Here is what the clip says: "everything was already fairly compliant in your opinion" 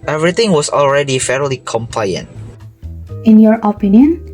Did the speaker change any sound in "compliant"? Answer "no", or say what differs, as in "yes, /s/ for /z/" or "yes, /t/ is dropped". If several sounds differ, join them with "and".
no